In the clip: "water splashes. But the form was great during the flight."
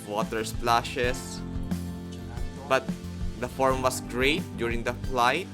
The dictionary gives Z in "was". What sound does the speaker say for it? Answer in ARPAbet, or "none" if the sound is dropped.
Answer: S